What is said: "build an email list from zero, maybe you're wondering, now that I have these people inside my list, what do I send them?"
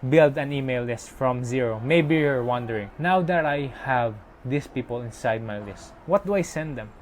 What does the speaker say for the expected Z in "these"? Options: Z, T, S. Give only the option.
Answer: S